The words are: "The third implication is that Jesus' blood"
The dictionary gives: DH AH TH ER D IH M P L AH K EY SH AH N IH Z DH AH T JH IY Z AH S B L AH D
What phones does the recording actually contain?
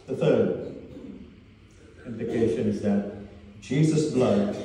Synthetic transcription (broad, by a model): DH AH TH ER D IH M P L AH K EY SH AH N IH Z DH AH T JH IY Z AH S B L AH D